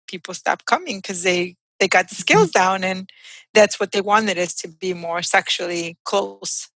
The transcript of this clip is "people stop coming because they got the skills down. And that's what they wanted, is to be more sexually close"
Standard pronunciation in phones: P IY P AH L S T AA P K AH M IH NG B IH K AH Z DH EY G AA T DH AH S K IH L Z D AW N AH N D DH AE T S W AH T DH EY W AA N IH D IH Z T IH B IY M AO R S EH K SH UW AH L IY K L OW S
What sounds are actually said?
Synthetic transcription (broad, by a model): P IY P L S T AA P K AH M IH NG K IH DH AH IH DH EY G AA T DH AH S K IH L Z D AW N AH N DH AE T S W AH T DH EY W AA N IH D IH Z T IH B IY M AO R S EH K SH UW L IY K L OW S